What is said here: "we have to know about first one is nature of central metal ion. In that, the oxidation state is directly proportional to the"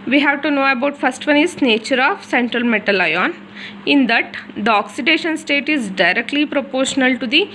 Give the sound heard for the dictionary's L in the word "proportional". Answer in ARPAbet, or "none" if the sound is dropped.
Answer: L